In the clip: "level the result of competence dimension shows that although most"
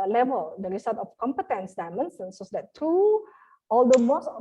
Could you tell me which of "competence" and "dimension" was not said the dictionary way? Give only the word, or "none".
dimension